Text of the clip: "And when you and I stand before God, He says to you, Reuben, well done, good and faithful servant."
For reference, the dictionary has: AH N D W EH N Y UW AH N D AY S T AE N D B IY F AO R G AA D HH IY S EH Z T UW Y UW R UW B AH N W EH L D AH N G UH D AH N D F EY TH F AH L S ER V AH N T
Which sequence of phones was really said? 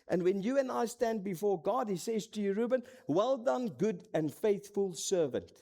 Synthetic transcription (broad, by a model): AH N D W EH N Y UW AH N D AY S T AE N D B IY F AO R G AA D HH IY S EH Z T UW Y UW R UW B AH N W EH L D AH N G UH D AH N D F EY TH F AH L S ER V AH N T